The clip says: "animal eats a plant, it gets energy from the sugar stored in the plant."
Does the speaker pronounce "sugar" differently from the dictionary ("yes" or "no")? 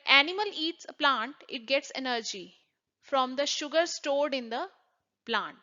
no